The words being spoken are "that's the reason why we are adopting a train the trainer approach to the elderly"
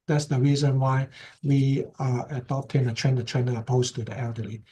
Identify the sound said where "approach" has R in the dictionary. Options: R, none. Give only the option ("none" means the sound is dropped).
none